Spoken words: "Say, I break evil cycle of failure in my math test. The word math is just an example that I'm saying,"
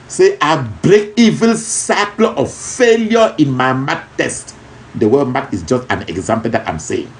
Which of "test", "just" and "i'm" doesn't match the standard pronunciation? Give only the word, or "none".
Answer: none